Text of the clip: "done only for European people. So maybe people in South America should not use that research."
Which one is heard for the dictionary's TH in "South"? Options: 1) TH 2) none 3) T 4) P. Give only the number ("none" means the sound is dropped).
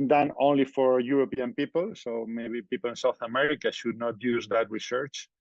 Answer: 1